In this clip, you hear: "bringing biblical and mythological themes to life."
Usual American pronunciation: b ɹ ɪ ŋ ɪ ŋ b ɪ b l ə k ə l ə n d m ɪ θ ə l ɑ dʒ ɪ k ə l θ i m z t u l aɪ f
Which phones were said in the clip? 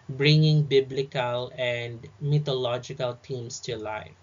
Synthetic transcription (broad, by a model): b ɹ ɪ ŋ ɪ ŋ b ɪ b l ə k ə l ə n d m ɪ t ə l ɑ dʒ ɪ k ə l t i m s t u l aɪ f